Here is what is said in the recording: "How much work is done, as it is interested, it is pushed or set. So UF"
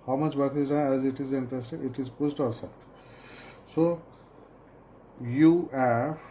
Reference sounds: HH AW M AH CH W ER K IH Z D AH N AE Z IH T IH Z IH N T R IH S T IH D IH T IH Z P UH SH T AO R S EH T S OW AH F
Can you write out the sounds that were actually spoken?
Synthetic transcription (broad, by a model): HH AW M AH CH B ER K IH Z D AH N AE Z IH T IH Z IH N T R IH S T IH IH T IH Z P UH S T AO R S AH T S OW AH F